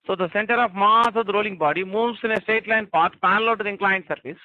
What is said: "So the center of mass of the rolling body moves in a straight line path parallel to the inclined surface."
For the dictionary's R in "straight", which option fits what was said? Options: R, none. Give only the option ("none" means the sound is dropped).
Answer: none